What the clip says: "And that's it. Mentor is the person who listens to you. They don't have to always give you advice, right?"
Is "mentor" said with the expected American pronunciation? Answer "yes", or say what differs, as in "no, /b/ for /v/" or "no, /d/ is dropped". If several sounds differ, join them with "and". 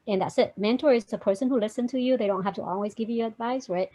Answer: yes